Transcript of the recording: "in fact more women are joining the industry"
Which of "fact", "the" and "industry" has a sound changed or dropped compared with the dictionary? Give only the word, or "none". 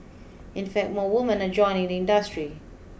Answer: none